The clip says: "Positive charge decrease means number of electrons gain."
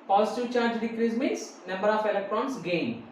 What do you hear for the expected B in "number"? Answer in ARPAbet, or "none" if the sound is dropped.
B